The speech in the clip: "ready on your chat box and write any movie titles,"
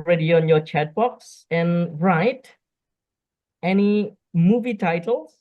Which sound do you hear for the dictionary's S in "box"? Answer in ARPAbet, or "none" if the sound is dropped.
S